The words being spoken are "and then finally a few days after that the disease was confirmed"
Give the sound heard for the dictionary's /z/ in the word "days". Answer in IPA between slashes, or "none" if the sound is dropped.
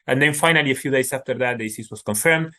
/s/